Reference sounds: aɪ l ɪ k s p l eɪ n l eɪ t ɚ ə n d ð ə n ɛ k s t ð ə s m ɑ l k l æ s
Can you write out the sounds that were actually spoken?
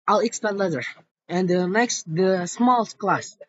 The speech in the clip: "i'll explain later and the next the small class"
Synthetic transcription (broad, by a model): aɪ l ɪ k s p eɪ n l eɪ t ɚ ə n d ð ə n ɛ k s t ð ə s m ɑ l k l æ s